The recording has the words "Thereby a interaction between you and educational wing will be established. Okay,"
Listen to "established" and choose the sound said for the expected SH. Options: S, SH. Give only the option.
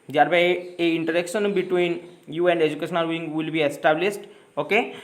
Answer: S